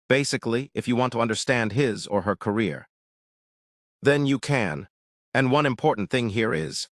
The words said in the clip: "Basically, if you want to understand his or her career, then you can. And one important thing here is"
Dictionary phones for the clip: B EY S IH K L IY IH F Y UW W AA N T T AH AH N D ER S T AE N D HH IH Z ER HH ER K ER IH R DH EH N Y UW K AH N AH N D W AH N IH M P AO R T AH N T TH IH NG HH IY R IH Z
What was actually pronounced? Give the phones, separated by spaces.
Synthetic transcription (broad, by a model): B EY S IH K L IY IH F Y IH W AA N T T AH AH N D ER S T AE N D HH IH Z ER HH ER K ER IH R DH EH N Y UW K AH N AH N W AH N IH M P AO R T N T TH IH NG HH IY R IH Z